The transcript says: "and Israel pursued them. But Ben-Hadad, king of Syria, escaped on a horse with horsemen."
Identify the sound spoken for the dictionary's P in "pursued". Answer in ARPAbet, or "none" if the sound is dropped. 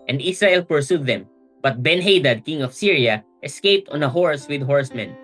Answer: P